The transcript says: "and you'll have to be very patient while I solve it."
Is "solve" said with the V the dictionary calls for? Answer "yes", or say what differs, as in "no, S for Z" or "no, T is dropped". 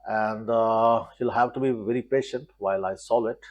no, V is dropped